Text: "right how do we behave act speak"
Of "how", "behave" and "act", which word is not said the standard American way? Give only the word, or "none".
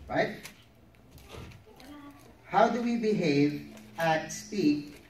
act